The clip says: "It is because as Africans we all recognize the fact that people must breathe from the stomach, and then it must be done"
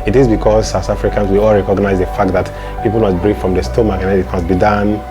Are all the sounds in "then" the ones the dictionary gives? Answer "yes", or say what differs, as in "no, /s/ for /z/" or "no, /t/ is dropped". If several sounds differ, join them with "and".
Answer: no, /n/ is dropped